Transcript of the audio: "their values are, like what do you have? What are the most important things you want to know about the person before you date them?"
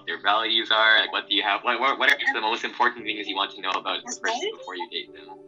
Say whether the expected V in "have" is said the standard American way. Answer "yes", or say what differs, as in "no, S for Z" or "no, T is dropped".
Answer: no, W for V